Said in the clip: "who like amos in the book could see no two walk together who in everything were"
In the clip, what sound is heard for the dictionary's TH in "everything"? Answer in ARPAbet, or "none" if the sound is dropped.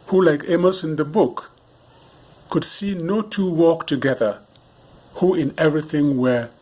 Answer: TH